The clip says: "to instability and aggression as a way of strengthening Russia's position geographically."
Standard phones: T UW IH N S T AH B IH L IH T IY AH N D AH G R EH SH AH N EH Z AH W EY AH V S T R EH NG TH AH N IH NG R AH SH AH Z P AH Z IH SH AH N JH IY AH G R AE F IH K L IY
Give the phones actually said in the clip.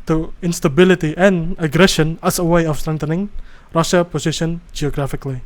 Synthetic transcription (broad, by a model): T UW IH N S T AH B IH L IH T IY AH N AH G R EH SH AH N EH S AH W EY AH F S T R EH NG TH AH N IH NG R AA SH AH P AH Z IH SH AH N JH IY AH G R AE F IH K L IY